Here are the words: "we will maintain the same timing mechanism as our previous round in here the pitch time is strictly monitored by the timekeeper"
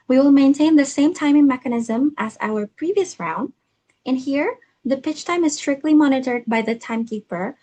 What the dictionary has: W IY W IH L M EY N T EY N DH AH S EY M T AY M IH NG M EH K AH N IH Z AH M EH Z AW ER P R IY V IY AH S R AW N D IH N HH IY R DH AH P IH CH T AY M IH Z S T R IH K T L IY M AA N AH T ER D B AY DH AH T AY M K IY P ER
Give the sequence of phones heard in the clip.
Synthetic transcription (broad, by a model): W IY W IH L M EY N T EY N DH AH S EY M T AY M IH NG M EH K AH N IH Z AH M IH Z AW ER P R IY V IY AH S R AW N D IH N HH IY R DH AH P IH CH T AY M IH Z S T R IH K T L IY M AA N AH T ER D B AY DH AH T AY M K IY P ER